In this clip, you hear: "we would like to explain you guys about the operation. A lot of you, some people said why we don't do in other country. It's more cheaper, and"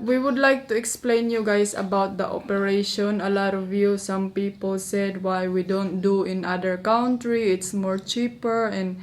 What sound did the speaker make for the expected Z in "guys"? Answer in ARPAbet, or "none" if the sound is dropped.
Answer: S